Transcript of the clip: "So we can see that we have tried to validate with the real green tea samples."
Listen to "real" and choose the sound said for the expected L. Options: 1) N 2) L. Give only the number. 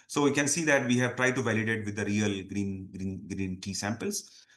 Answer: 1